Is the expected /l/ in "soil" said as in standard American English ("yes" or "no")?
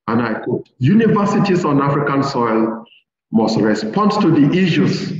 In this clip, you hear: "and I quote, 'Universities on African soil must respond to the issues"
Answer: yes